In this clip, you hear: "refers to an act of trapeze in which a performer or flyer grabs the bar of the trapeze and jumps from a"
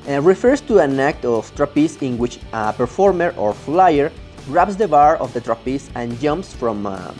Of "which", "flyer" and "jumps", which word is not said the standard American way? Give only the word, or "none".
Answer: none